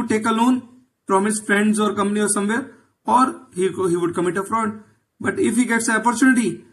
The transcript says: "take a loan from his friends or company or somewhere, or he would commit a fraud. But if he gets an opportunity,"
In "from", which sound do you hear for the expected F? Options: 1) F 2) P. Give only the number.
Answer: 2